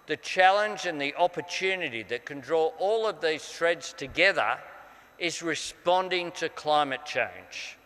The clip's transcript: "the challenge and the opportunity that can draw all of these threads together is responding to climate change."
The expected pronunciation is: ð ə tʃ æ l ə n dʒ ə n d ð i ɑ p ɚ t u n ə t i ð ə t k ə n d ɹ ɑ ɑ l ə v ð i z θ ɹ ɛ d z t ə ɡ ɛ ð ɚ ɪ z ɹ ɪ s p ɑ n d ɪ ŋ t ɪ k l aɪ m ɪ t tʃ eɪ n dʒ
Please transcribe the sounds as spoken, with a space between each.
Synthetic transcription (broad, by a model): ð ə tʃ æ l ə n dʒ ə n ð i ɑ p ɚ t u n ə t i ð ə t k ə n d ɹ ɑ ɑ l ə v ð i z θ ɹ ɛ d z t ə ɡ ɛ ð ɚ ɪ z ɹ ɪ s p ɑ n d ɪ ŋ t ɪ k l aɪ m ɪ t tʃ eɪ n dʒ